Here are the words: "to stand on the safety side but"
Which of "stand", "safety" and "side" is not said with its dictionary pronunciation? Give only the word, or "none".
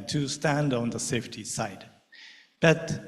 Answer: none